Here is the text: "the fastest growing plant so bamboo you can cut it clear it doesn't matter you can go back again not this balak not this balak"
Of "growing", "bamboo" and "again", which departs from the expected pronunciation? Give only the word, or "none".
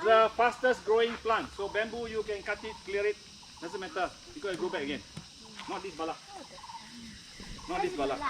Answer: none